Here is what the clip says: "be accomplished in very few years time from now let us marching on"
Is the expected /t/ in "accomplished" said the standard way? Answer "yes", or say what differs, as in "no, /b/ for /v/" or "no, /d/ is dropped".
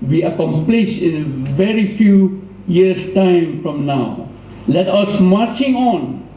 no, /t/ is dropped